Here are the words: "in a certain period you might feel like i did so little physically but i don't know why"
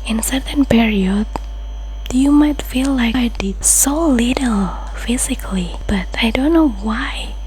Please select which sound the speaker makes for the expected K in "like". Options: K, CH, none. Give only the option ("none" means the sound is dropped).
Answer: none